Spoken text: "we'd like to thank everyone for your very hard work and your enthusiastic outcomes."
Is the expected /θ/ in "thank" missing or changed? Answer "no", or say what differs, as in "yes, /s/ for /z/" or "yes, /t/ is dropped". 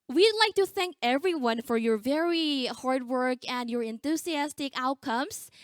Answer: no